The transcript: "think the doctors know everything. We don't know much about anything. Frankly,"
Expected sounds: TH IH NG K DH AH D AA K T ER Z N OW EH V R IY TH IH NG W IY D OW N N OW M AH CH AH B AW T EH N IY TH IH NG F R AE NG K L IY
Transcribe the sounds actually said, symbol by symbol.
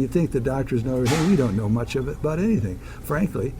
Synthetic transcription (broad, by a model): TH IH NG K DH AH D AA K T ER Z N OW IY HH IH W IY D OW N N OW M AH CH AH B AW T EH N IY TH IH NG F R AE NG K L IY